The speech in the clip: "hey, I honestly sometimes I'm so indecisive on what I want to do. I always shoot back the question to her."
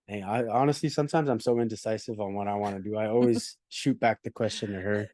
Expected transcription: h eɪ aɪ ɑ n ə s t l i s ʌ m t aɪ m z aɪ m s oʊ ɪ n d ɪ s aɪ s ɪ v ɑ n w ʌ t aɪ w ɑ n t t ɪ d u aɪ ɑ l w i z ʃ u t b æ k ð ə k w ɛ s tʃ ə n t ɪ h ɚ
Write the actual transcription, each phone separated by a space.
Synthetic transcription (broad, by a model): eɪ aɪ ɑ n ə s t l i s ʌ m t aɪ m z aɪ m s oʊ ɪ n d ɪ s aɪ s ɪ v n w ʌ t aɪ w ɑ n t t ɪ d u aɪ ɑ l w i z ʃ u t b æ k ð ə k w ɛ s tʃ ə n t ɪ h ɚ